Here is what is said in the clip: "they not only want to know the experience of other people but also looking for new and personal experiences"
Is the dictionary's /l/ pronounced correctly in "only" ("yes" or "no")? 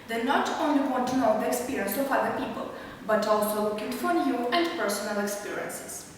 yes